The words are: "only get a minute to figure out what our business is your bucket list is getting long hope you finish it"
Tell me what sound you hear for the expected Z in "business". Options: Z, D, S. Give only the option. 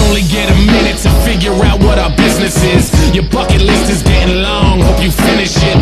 Z